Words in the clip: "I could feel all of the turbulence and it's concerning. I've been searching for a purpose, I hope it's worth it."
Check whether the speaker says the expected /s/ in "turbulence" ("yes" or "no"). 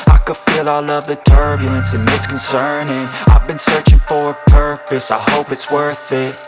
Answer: yes